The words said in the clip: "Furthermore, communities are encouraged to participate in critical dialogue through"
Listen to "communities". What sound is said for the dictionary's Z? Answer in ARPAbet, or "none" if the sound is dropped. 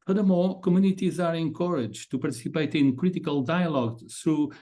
Z